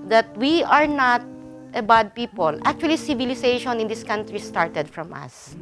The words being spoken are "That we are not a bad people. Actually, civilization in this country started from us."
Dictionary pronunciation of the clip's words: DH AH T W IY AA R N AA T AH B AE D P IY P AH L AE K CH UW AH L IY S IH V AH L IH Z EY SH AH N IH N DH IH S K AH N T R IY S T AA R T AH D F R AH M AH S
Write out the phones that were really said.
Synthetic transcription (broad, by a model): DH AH T W IY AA R N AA T AH B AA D P IY P AH L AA K CH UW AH L IY S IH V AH L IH S EY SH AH N IH N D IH S K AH N T R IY S T AA R T AH D F R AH M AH S